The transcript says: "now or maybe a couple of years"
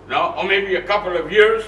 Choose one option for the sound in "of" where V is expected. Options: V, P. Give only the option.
V